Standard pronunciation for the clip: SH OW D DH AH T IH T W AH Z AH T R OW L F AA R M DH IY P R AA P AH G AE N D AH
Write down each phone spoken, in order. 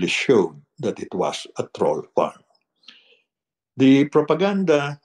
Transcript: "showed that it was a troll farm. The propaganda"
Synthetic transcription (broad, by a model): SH OW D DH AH T IH T W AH S AH T R OW L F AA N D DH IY P R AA P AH G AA N D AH